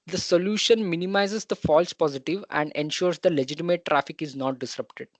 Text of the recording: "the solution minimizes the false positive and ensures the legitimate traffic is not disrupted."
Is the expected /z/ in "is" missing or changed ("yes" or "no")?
no